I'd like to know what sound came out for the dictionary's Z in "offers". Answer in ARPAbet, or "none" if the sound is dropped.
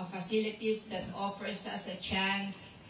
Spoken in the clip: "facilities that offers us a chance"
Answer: S